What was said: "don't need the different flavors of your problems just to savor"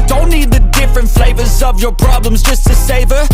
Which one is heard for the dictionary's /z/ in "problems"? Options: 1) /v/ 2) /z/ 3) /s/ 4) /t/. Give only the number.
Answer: 2